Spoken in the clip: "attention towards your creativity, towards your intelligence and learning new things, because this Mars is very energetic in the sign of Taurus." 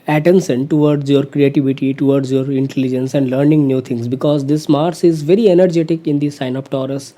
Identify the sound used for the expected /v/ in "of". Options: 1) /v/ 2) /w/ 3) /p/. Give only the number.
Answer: 3